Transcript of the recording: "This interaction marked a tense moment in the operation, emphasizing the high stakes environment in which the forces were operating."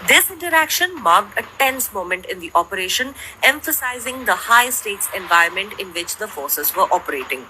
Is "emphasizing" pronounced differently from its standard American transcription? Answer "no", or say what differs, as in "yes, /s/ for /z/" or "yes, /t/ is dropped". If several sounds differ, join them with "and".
no